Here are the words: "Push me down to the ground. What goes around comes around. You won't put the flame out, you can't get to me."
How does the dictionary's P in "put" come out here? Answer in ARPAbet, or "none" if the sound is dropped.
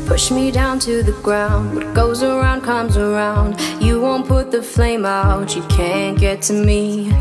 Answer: P